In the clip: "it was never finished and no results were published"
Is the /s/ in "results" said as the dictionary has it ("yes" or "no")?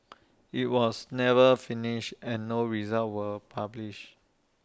no